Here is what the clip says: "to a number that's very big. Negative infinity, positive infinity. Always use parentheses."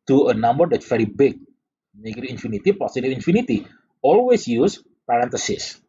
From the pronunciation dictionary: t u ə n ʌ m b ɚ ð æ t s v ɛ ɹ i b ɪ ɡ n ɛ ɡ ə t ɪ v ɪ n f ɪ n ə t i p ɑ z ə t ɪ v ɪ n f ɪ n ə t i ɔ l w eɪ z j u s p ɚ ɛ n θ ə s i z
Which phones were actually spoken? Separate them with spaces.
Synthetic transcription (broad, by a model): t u ə n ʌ m b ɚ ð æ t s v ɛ ɹ i b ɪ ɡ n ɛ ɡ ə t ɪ ɪ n f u n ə t i p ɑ s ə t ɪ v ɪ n f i n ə t i ɔ l w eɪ s j u s p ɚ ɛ n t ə s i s